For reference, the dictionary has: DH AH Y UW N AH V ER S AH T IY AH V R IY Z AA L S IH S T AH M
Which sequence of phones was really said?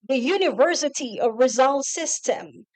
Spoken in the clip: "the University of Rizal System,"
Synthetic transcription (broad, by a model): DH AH Y UW N AH V ER S AH T IY AH V R IY Z AA L S IH S T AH M